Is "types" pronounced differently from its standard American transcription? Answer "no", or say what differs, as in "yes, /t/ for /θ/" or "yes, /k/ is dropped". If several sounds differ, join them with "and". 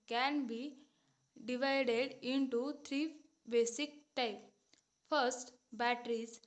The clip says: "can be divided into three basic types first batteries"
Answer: yes, /s/ is dropped